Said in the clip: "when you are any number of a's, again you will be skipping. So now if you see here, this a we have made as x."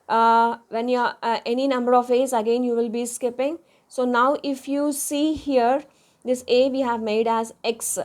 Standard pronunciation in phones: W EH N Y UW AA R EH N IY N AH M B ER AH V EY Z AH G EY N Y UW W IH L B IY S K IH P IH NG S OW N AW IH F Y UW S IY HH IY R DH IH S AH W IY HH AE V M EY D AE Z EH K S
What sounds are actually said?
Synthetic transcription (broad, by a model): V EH N Y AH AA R EH N IY N AH M B ER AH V EY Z AH G EY N Y UW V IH L B IY S K IH P IH NG S OW N AW IH F Y UW S IY HH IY R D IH S AH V IY HH AE V M EY D AE Z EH K S